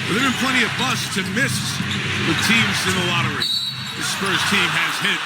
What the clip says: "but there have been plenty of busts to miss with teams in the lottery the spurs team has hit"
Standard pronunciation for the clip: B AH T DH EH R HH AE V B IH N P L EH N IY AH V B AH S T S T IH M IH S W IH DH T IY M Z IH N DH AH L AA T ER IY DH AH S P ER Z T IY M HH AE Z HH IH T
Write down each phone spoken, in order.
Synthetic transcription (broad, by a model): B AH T DH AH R B IH N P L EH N IY AH V B AH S S T IH M IH S W IH DH T IY M Z IH N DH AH L AA T ER IY DH AH S F ER S T IY M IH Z HH IH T